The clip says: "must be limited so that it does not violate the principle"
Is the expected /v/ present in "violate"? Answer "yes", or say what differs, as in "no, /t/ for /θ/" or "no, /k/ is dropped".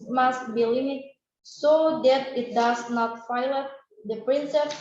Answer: no, /f/ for /v/